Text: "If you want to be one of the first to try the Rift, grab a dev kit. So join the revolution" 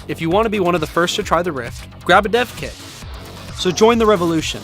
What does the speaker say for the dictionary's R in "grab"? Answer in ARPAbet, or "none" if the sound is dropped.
R